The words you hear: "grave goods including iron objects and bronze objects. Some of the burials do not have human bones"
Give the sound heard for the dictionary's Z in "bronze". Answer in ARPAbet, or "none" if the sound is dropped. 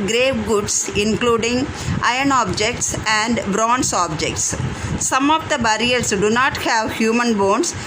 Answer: S